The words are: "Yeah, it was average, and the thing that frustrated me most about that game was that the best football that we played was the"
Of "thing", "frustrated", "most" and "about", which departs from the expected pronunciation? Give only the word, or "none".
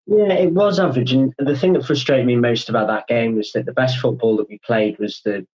none